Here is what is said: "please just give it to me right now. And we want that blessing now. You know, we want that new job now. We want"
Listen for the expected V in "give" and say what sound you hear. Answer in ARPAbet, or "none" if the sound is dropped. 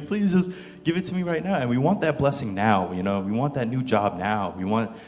V